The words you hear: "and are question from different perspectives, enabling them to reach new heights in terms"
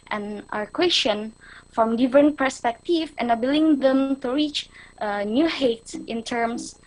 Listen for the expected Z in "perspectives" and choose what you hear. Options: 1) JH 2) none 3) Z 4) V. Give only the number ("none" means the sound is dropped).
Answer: 2